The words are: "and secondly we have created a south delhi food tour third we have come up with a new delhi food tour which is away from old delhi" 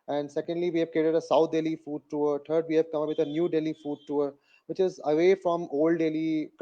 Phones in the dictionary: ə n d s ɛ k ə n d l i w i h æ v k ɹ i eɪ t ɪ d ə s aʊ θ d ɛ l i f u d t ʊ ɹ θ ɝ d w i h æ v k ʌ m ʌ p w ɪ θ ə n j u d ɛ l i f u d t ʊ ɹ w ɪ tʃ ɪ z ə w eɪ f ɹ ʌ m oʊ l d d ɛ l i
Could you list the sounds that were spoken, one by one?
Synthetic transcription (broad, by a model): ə n d s ɛ k ə n d l i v i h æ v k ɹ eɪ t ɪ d ə s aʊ t d ɛ l i f u d t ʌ ɹ t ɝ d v i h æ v k ʌ m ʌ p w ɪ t ə n j u d ɛ l i f u d t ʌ ɹ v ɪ tʃ ɪ z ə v eɪ f ɹ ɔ m oʊ l d d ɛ l i